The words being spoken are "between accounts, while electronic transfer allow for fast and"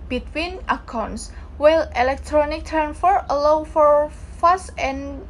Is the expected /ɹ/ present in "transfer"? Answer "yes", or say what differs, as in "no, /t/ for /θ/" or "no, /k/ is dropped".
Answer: no, /ɹ/ is dropped